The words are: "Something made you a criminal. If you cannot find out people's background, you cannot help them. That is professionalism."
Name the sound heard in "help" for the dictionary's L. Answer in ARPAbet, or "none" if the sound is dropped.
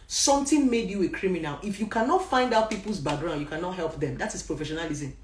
L